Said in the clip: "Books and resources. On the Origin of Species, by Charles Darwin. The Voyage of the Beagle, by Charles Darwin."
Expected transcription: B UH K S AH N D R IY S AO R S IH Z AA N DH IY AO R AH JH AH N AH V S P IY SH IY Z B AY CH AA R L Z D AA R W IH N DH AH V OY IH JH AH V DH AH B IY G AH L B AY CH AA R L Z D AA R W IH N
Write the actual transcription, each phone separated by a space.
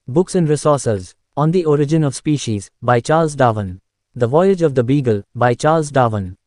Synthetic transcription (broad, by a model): B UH K S AH N D R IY S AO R S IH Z AA N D IY AO R AH JH AH N AH V S P IY SH IY Z B AY CH AA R L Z D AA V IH N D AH V OY IH JH AH V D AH B IY G AH L B AY CH AA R L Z D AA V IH N